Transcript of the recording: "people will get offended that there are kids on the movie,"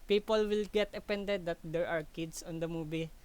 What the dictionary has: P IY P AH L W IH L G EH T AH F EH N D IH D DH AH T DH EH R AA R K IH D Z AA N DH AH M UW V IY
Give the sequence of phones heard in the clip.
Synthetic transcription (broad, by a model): P IY P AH L W IH L G EH T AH P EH N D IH D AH T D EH R AA R K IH D S AA N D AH M UW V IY